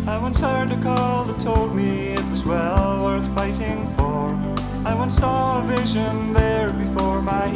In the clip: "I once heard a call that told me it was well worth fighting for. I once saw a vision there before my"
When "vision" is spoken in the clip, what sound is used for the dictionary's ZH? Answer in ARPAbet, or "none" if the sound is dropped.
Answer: ZH